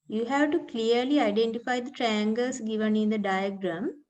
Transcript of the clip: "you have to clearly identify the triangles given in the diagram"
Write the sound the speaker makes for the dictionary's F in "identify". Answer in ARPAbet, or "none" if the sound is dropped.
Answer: F